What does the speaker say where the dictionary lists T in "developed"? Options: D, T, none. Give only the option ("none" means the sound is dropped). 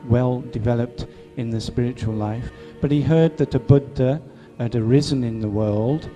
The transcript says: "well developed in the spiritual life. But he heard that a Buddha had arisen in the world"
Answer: T